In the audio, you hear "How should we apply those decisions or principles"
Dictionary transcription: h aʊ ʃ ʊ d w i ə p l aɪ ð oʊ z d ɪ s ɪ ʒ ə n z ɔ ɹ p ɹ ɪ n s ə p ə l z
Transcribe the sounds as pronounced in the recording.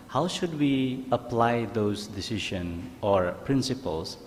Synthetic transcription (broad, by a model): h aʊ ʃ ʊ d w i ə p l aɪ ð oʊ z d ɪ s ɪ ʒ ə n ɔ ɹ p ɹ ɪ n s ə p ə l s